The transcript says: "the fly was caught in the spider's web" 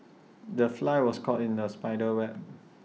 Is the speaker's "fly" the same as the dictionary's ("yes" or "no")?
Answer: yes